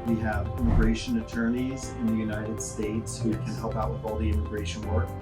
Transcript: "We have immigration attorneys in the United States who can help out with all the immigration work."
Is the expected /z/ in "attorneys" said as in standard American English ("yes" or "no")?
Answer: yes